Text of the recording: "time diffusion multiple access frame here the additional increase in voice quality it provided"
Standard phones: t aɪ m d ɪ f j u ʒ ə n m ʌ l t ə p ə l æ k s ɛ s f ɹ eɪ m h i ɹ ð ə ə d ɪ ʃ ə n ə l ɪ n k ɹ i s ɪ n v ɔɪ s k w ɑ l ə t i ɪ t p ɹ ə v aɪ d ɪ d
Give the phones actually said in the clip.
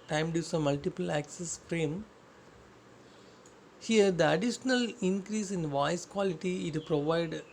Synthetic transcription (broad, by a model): t aɪ m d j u s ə m ʌ l t ə p ə l æ k s ɛ s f ɹ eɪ m h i ɹ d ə ə d ɪ ʃ ə n ə l ɪ n k ɹ i s ɪ n v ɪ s k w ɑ l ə t i ɪ t p ɹ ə v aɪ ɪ d